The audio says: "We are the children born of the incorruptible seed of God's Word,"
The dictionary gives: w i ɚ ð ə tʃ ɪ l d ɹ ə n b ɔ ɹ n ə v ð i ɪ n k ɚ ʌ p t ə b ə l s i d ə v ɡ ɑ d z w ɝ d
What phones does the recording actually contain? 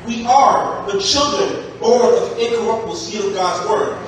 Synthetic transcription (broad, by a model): w i ɚ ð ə tʃ ɪ l d ɹ ə n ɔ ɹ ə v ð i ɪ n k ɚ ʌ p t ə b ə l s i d ə v ɡ ɑ d z w ɝ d